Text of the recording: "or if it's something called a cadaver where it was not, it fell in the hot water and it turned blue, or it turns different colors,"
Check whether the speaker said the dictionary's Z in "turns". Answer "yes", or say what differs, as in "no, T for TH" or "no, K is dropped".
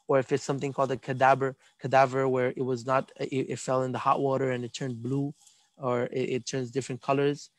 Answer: yes